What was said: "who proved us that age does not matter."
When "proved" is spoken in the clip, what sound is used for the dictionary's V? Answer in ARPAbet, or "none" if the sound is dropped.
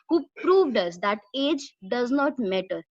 V